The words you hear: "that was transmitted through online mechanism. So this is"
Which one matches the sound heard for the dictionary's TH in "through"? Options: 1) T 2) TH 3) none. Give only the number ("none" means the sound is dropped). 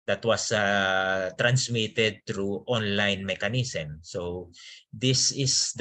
1